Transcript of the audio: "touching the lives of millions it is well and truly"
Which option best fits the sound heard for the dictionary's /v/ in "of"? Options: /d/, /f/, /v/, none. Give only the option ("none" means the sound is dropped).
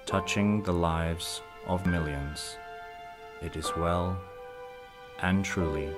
/v/